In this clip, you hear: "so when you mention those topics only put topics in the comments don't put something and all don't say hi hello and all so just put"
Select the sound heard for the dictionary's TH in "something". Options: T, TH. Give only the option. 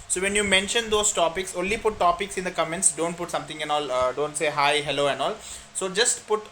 T